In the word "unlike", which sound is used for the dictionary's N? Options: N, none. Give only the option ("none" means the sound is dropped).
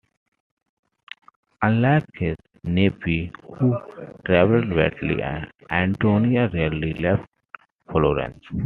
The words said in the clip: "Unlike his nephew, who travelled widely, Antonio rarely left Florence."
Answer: none